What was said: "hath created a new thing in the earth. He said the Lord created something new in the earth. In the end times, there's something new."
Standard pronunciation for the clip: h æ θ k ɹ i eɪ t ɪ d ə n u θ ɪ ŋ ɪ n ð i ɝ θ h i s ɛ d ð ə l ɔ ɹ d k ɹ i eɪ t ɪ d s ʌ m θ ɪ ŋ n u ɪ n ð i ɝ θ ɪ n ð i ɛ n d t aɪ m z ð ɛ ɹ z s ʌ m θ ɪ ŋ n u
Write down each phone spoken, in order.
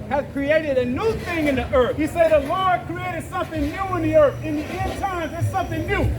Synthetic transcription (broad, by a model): h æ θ k ɹ i eɪ t ɪ d ə n u θ ɪ ŋ ɪ n ð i ɝ θ h i s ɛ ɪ ð ə l ɔ ɹ d k ɹ i eɪ t ɪ d s ʌ m θ ɪ ŋ n u ɪ n ð i ɝ θ ɪ n ð i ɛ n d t aɪ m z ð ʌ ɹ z s ʌ m θ ɪ ŋ n u